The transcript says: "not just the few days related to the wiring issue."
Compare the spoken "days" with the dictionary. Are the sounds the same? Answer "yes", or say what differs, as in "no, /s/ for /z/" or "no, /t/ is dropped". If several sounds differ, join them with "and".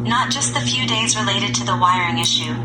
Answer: yes